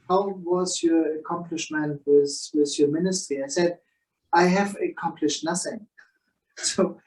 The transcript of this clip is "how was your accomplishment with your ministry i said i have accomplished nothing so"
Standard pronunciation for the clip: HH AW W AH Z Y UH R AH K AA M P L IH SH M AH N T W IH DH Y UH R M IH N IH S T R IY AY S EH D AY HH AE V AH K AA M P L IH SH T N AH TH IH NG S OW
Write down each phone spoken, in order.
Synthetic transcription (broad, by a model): HH AW W AH Z Y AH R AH K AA M P L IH SH M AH N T W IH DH Y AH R M IH N IH S T R IY AY S EH D AY HH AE V AH K AA M P L IH SH T N AH TH IH NG S OW